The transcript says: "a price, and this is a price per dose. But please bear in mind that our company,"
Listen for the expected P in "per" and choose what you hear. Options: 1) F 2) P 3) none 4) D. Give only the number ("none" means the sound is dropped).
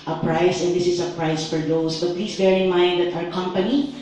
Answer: 1